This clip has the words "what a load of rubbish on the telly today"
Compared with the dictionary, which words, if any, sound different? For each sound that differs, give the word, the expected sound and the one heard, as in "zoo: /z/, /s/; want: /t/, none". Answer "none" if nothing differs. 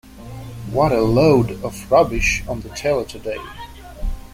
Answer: none